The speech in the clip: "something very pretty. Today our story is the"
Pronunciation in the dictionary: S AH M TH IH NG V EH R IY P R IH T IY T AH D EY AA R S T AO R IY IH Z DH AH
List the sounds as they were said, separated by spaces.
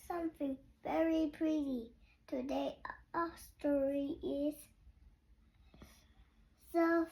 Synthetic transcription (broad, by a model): S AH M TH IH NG V EH R IY P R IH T IY T AH D EY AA S T AO R IY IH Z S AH